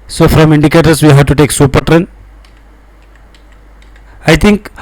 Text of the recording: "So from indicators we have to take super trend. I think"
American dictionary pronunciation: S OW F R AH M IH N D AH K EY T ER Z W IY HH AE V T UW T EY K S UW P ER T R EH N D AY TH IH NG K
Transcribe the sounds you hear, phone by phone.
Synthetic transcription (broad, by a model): S OW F R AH M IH N D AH K EY T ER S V IY HH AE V T UW T EY K S UW P ER T R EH N AY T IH NG K